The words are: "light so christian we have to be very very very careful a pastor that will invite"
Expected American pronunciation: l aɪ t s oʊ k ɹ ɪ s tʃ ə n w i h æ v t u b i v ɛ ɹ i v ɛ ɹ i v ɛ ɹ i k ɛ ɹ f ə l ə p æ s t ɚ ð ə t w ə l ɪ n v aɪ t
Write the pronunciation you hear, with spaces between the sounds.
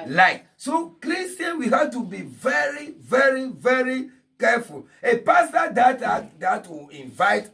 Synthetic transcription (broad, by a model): l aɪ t s oʊ k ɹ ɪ s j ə n w i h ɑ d t u b i v ɛ ɹ i v ɛ ɹ i v ɛ ɹ i k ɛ f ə l ə p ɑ s t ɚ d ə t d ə w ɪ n v aɪ t